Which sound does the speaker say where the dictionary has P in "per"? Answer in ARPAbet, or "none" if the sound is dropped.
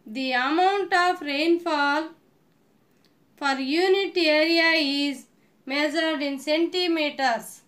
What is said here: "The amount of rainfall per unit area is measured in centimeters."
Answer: F